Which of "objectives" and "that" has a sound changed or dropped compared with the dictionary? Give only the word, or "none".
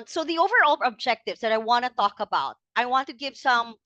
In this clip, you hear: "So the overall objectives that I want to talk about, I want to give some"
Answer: none